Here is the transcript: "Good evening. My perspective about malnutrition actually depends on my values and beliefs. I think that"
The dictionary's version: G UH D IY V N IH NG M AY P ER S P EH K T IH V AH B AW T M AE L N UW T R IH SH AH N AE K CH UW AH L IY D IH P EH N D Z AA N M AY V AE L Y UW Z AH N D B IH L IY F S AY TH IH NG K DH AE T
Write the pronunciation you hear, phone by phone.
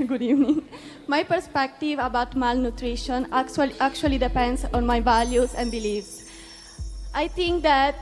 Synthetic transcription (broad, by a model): G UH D IY V N IH NG M AY P ER S P EH K T IH V AH B AW T M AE L N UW T R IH SH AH N AE K CH UW AH L IY D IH P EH N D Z AA N M AY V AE L Y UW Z AH N D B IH L IY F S AY T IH NG K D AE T